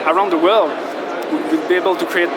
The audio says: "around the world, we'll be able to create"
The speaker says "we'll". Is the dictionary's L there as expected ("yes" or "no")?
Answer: no